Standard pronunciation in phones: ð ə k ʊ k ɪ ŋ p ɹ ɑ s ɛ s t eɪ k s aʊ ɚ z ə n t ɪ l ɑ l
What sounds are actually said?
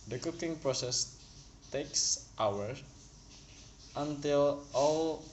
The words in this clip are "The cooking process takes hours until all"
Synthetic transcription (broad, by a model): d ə k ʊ k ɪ ŋ p ɹ ɑ s ɛ s t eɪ k s aʊ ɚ ə n t ɪ l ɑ l